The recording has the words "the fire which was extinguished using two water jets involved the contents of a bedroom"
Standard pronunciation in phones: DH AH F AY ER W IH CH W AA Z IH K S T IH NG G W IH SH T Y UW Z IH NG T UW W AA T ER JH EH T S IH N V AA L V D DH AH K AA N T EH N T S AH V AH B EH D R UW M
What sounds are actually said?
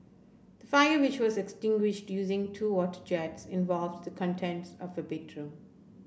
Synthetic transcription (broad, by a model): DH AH F AY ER W IH CH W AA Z IH K S T IH NG G W IH SH T Y UW Z IH NG T UW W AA T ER JH EH T S IH N V AA L V D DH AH K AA N T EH N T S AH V AH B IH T R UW